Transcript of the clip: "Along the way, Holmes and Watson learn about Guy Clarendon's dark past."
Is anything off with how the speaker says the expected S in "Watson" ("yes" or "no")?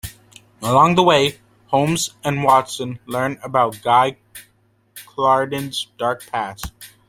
no